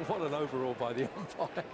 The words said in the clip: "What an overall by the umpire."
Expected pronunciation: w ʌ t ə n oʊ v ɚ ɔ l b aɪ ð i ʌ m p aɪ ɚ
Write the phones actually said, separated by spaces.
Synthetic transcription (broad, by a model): w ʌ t ə n oʊ v ɚ ɔ l b aɪ ð i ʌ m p aɪ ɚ